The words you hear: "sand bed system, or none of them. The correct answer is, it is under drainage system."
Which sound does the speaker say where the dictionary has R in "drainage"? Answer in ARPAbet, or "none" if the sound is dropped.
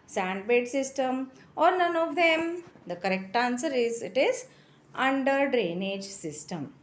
R